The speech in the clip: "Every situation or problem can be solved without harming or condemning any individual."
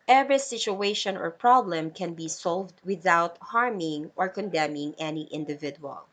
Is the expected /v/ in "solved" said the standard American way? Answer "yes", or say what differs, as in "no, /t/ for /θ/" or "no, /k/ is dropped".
yes